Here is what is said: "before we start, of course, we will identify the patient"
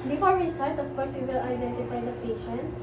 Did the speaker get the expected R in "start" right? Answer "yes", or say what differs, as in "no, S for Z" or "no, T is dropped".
no, L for R